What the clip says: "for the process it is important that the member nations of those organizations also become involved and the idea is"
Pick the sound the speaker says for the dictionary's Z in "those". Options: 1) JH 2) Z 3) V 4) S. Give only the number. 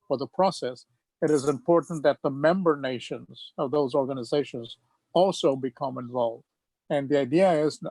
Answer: 2